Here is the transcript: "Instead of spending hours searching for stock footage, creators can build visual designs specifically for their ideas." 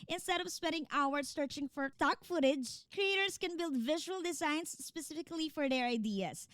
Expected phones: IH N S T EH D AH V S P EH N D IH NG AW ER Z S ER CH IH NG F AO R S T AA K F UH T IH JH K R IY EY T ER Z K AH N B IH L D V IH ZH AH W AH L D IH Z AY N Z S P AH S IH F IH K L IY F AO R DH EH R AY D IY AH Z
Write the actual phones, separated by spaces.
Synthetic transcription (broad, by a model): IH N S T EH D AH V S P EH N D IH NG AW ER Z S ER CH IH NG F AO R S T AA K F UH T IH JH K R IY EY T ER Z K AH N B IH L D V IH ZH AH W AH L D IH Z AY N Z S P AH S IH F IH K L IY F AO R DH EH R AY D IY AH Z